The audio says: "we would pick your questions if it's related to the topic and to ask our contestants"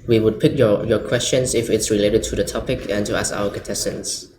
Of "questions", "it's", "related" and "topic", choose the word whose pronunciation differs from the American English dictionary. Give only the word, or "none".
questions